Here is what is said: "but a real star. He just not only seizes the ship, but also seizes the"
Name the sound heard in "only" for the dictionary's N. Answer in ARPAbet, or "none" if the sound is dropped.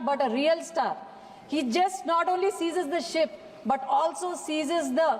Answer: N